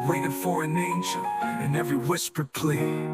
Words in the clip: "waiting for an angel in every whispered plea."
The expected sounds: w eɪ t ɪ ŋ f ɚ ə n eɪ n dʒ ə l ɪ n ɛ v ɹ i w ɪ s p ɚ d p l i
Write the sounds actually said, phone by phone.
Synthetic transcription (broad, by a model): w eɪ t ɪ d f ɚ ə n eɪ n ʃ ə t ɪ n ɛ v ɹ i w ɪ s p ɚ d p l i